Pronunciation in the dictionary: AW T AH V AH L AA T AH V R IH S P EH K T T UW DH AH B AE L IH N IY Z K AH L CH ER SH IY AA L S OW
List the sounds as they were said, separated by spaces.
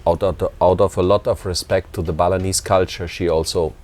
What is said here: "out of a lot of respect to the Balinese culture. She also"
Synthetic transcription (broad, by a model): AW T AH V AH L AA T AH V R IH S P EH K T T UW DH AH B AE L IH N IY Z K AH L CH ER SH IY AA L S OW